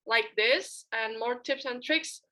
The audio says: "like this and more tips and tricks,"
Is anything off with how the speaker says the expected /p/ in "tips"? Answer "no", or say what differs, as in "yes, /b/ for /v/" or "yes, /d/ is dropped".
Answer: no